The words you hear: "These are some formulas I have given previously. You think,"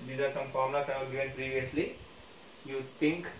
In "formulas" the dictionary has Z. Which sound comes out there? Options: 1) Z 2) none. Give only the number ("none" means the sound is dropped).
2